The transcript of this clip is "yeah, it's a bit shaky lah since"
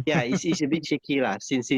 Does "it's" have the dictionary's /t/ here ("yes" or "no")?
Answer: no